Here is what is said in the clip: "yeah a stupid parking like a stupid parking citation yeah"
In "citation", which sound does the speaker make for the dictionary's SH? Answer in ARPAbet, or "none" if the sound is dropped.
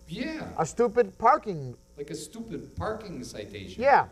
none